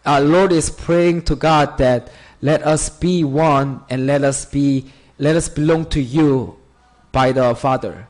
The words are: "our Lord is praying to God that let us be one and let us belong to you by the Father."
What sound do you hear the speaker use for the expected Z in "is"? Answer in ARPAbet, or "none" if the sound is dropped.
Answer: S